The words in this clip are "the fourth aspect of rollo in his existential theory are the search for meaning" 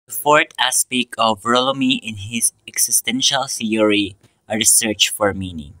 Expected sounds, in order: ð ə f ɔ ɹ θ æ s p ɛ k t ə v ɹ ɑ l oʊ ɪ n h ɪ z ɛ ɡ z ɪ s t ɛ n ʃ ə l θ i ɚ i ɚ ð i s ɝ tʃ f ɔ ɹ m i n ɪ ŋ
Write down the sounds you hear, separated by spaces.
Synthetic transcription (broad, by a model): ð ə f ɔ ɹ t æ s p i k ə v ɹ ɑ l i ɪ n h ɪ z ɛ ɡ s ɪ s t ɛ n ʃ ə l θ i ɚ i ɚ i s ɝ tʃ f ɔ ɹ m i n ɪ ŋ